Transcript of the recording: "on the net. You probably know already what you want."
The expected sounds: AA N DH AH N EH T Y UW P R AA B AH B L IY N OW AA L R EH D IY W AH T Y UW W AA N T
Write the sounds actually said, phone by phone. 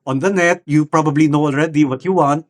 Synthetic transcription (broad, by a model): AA N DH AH N EH T Y UW P R AA B AH B L IY N OW AA L R EH D IY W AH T Y UW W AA N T